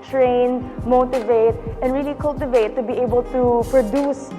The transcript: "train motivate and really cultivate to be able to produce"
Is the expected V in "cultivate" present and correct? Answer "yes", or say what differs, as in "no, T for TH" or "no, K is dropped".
yes